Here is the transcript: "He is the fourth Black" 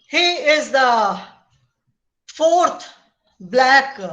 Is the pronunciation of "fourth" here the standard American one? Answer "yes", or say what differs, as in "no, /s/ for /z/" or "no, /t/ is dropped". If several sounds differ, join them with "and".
no, /t/ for /θ/